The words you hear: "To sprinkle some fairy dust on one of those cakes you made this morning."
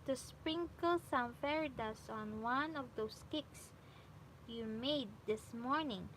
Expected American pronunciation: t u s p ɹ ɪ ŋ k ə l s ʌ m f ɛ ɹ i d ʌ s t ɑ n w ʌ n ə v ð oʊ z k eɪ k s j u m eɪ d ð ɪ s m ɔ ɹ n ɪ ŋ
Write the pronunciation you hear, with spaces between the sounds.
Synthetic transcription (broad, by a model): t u s p ɹ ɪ ŋ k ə l s ʌ m f ɛ ɹ i d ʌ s ɑ n w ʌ n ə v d oʊ s k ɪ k s j u m eɪ d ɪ s m ɔ ɹ n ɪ ŋ